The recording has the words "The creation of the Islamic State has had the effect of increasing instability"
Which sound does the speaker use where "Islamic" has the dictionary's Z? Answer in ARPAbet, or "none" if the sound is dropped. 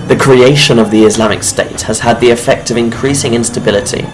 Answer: Z